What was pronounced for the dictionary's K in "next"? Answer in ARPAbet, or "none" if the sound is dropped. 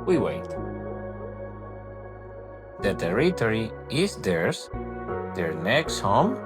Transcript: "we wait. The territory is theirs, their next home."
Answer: K